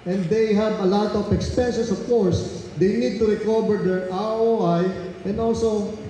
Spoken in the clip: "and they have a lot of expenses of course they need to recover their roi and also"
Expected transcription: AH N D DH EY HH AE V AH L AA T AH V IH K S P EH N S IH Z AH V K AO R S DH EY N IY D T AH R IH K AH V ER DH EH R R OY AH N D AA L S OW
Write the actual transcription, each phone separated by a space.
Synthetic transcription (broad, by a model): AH N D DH EY HH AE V AH L AA T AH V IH K S P EH N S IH S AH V K AO R S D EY N IY D T AH R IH K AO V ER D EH R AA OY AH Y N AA L S OW